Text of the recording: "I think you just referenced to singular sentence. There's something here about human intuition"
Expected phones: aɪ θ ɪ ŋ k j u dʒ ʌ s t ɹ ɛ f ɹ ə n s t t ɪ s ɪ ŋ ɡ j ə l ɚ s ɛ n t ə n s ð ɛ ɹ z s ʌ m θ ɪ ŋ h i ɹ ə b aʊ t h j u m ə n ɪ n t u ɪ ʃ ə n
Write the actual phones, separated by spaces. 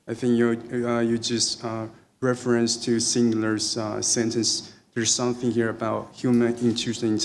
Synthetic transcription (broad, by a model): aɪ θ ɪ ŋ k j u dʒ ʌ s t ɹ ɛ f ɹ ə n s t t ɪ s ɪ ŋ ɡ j l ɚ s ɛ n t ə n s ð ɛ ɹ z s ʌ m θ ɪ ŋ h i ɹ ə b aʊ t h j u m ə n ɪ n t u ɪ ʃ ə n